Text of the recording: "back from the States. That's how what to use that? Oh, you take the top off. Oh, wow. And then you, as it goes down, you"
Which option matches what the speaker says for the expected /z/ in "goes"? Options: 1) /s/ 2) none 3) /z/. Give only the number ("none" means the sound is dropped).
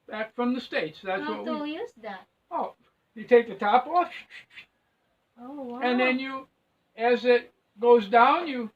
3